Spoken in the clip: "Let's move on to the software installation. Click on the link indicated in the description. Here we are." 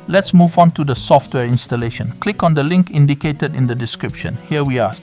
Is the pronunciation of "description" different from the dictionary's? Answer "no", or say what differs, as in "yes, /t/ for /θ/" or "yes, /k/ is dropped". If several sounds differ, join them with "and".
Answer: no